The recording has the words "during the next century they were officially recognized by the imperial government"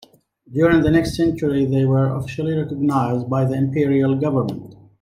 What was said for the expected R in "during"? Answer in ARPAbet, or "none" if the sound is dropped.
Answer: R